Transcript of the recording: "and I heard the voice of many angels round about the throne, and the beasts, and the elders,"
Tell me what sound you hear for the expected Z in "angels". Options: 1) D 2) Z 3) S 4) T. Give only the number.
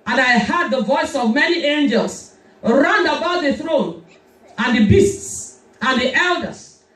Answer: 3